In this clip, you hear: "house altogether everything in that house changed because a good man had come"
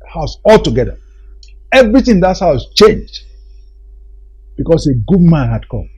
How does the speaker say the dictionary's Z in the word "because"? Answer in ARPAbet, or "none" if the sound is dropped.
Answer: S